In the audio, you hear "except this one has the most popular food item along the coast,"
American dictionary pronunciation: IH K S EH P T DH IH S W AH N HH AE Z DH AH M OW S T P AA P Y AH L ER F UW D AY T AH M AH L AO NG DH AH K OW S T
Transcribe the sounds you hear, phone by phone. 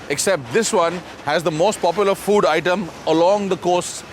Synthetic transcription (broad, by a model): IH K S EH P T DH IH S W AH N HH AE Z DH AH M OW S T P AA P Y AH L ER F UW D AY T AH M AH L AO NG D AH K OW S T